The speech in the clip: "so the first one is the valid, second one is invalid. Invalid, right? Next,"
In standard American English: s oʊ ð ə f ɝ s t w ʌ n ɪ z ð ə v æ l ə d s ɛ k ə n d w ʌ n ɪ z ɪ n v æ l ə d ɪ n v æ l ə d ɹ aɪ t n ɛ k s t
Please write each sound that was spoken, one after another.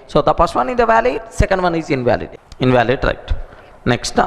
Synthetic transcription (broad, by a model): s oʊ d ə p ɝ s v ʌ n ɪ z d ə v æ l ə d s ɛ k ə n d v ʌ n ɪ z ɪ n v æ l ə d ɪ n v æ l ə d ɹ aɪ t n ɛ k s t